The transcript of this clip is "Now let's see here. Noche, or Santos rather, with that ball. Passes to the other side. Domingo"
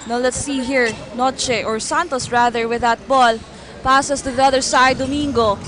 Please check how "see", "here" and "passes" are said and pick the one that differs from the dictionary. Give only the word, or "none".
passes